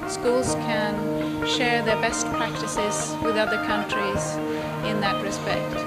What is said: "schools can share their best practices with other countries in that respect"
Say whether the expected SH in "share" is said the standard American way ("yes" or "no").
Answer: yes